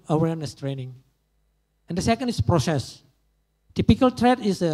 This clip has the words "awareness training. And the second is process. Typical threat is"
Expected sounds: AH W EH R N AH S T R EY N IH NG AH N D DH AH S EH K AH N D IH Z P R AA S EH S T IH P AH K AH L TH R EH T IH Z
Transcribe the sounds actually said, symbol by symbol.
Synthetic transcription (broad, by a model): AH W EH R N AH S T R EY N IH NG AH N D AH S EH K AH N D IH S P R AA S EH S T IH P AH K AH L T R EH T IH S